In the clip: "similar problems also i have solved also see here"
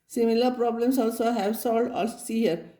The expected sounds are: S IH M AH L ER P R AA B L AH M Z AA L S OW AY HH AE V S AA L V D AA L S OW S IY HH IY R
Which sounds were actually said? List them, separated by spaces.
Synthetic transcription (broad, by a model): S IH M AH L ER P R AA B L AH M S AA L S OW HH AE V S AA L D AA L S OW S IY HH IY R